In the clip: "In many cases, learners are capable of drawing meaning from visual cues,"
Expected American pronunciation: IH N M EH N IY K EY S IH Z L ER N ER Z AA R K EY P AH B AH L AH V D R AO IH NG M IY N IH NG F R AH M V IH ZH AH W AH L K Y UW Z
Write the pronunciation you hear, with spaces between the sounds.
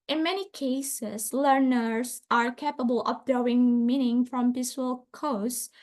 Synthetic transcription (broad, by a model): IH N M EH N IY K EY S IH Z L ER N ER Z AA R K EY P AH B AH L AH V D AO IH NG M IY N IH NG F R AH M P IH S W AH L K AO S